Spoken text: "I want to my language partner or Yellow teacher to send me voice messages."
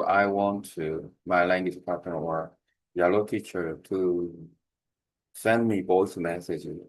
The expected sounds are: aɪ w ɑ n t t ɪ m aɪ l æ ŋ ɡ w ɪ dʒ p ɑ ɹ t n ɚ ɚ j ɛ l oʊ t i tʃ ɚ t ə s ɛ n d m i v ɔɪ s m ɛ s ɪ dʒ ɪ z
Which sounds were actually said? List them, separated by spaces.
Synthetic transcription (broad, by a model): aɪ w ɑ n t t ɪ m aɪ l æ ŋ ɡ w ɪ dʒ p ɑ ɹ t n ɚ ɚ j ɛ l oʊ t i tʃ ɚ t ə s ɛ n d m i b ɔɪ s m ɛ s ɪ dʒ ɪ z